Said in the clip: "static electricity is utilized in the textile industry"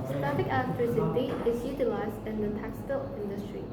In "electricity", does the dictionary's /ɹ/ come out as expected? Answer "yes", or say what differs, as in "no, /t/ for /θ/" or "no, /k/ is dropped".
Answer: no, /ɹ/ is dropped